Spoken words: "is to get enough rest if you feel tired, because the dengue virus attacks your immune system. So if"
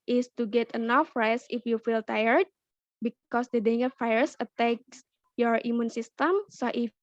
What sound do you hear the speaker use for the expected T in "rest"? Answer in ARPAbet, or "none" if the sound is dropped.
none